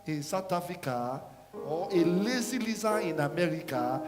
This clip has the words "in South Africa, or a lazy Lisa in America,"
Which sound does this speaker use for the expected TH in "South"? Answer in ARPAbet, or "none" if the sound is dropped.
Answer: T